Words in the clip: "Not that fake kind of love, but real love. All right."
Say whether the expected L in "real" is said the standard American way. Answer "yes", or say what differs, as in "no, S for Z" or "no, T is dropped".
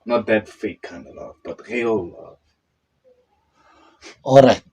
yes